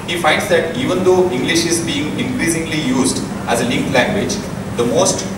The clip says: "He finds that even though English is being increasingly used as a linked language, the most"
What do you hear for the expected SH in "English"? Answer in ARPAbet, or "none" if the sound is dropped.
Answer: SH